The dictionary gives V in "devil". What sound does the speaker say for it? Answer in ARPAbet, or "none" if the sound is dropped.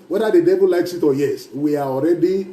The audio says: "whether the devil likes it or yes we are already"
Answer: B